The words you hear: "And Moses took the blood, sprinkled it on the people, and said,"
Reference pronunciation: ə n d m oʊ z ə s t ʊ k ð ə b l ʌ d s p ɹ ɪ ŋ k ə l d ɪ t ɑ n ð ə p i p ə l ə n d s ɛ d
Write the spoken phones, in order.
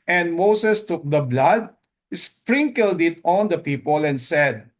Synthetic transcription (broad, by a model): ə n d m oʊ s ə s t ʊ k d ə b l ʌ d s p ɹ ɪ ŋ k ə l d ɪ t ɑ n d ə p i p ə l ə n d s ɛ d